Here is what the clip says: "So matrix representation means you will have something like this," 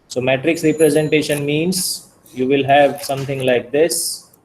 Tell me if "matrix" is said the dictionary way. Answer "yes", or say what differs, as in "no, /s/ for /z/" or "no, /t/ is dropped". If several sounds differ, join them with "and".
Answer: yes